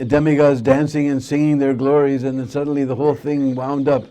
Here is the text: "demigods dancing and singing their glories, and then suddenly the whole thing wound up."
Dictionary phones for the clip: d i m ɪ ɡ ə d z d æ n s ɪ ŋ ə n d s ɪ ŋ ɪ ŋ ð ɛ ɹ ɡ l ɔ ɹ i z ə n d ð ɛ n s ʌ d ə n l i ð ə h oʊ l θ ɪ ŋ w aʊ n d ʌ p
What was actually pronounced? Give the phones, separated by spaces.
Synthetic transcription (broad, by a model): d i m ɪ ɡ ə z d æ n s ɪ ŋ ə n s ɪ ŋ ɪ ŋ ð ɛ ɹ ɡ l ɔ ɹ i z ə n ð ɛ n s ʌ d n l i ð ə h oʊ l θ ɪ ŋ w aʊ n d ʌ p